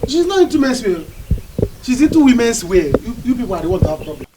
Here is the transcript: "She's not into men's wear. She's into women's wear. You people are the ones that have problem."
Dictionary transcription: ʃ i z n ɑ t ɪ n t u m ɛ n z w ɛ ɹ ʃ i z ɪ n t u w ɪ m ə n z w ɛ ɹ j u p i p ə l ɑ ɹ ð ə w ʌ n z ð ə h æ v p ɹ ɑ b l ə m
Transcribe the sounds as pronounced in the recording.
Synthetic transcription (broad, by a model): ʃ i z n ɑ t ɪ n t u m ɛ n s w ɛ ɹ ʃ i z ɪ n t u w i m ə n s w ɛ j u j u b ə w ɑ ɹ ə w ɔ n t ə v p ɹ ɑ b l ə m